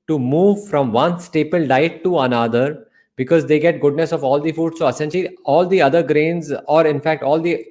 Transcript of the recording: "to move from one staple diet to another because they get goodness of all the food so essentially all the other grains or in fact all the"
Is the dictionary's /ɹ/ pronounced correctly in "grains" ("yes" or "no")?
yes